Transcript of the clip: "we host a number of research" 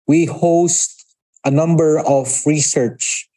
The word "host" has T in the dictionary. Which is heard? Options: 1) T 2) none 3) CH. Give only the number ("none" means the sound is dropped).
1